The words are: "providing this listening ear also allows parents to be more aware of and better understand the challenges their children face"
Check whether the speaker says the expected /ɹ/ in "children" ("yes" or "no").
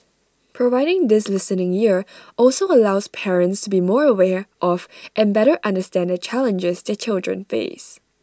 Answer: yes